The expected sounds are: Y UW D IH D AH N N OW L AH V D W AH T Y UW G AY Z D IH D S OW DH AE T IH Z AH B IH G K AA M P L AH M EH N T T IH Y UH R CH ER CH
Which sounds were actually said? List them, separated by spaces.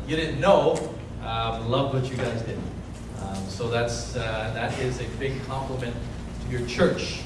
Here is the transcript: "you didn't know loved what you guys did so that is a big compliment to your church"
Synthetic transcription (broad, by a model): Y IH D IH D N N OW L AH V W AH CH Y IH G AY Z D IH D S OW DH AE T IH Z AH B IH G K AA M P L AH M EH N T T IH Y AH R CH ER CH